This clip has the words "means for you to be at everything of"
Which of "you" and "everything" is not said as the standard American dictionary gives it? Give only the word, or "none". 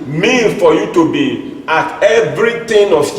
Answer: everything